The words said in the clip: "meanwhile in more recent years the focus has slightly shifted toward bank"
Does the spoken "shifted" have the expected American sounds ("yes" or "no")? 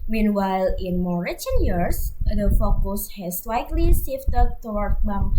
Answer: no